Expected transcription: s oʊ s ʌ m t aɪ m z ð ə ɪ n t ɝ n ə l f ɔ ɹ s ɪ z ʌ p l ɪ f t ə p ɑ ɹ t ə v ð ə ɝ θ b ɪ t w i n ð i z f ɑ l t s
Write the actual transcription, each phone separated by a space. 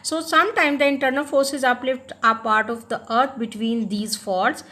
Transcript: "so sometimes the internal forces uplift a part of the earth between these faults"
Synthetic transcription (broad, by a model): s oʊ s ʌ m t aɪ m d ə ɪ n t ɝ n ə l f ɔ ɹ s ɪ z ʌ p l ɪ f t ə p ɑ ɹ t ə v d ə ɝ t b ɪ t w i n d i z f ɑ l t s